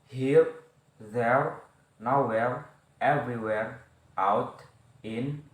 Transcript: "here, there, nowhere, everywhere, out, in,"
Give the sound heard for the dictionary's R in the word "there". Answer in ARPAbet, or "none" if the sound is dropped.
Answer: R